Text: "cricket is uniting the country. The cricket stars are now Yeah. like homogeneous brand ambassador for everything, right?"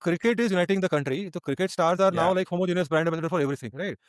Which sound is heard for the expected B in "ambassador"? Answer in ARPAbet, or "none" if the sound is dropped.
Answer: none